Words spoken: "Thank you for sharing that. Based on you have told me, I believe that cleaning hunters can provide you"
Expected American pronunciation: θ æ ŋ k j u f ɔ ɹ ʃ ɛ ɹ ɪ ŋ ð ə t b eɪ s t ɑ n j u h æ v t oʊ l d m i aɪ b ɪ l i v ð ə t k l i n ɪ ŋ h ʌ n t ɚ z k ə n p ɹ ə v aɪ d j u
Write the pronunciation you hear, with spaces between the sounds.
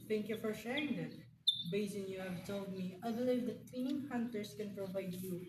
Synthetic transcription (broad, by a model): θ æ ŋ k j u f ɔ ɹ ʃ ɛ ɹ ɪ ŋ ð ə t b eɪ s ɪ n j u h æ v t oʊ l d m i aɪ b ɪ l i v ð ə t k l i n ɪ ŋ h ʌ n t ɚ s k ə n p ɹ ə v aɪ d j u